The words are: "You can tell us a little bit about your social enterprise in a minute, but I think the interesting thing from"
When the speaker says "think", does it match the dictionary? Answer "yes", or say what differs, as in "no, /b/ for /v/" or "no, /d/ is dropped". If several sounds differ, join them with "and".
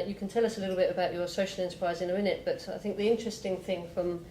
yes